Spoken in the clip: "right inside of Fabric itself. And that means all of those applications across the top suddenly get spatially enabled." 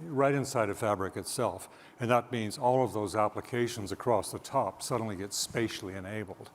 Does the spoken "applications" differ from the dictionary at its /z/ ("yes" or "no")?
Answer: no